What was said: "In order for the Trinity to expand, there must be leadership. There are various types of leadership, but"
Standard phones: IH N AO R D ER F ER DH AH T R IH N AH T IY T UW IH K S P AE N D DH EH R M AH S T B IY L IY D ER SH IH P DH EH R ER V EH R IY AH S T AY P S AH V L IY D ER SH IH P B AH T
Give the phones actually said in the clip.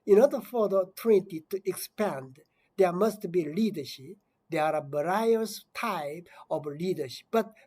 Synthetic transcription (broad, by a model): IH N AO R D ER F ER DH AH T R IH N T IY T UW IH K S P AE N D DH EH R M AH S T B IY L IY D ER SH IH P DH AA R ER B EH R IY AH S T AY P AH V L IY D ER SH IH P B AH T